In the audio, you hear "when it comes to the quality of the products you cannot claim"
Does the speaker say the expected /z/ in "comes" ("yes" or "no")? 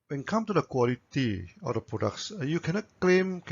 no